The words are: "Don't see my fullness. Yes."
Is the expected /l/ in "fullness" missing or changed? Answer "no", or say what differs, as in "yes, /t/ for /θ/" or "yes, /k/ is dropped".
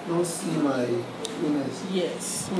yes, /l/ is dropped